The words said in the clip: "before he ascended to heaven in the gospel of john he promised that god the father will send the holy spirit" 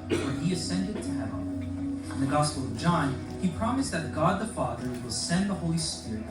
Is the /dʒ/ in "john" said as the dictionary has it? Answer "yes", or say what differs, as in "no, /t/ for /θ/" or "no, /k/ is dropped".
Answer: yes